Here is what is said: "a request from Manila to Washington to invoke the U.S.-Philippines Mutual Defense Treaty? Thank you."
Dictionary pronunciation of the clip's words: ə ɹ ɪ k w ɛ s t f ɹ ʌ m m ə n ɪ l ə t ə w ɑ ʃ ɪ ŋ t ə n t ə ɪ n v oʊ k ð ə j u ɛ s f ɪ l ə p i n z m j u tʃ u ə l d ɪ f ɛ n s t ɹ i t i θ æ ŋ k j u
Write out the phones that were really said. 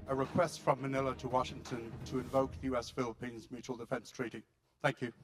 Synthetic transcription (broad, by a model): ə ɹ ɪ k w ɛ s t f ɹ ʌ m m ə n ɪ l ə t ə w ɑ ʃ ɪ ŋ t ə n t ə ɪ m v oʊ k ð ə j u ɛ s f ɪ l ə p i n z m j u tʃ u ə l d ɪ f ɛ n s t ɹ i t i θ æ ŋ k j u